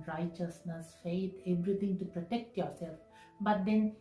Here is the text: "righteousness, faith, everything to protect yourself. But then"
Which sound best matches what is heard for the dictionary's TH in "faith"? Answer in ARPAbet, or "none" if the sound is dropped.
T